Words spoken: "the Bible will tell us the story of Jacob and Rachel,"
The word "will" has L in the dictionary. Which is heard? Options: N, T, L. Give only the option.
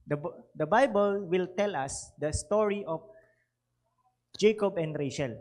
L